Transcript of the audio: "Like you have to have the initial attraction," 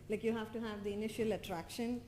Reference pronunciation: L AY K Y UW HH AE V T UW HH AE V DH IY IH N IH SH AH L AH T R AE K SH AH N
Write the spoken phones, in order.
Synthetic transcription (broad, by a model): L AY K Y UW HH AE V T UW HH AE V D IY IH N IH SH AH L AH T R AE K SH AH N